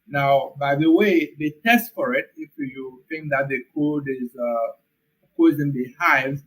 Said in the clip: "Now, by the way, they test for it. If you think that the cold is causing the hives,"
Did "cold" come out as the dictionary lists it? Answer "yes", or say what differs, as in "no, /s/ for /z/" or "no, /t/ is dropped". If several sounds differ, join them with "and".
no, /l/ is dropped